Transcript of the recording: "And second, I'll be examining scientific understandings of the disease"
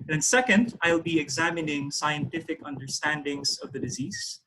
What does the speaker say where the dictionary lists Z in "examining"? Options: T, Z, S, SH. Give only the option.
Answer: Z